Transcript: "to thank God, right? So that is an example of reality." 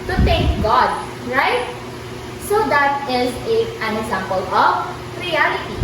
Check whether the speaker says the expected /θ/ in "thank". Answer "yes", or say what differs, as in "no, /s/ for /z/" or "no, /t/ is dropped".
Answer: no, /t/ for /θ/